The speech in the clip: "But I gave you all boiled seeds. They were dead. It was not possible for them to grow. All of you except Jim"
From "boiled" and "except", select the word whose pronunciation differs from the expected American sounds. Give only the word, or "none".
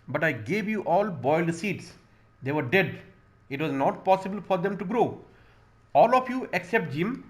none